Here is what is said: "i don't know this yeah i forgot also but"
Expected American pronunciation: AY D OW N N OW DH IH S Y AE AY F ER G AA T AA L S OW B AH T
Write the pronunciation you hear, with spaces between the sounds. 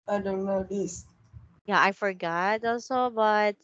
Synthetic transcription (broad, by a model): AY D OW N N OW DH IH S Y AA AY F ER G AA T AA L S OW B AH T